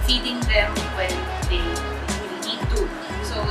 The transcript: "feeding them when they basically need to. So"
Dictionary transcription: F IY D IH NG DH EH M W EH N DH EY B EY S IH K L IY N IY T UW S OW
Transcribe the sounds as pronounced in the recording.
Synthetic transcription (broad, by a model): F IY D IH NG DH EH M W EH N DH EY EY IH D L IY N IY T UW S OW